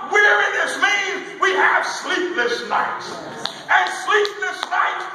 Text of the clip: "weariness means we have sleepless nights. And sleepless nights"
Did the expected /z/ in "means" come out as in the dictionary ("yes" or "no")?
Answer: no